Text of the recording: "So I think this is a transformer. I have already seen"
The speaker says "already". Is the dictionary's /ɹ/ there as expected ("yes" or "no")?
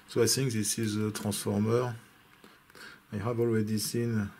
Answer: no